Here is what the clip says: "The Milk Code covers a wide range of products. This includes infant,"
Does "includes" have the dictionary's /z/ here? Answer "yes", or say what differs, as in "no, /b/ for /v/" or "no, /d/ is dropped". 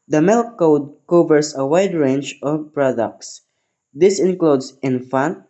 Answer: no, /s/ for /z/